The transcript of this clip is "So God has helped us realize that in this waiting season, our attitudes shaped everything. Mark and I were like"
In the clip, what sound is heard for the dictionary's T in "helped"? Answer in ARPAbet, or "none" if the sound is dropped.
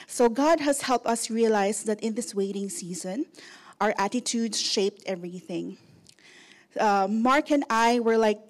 T